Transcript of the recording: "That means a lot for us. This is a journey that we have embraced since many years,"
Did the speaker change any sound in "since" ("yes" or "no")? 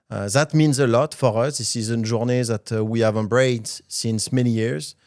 no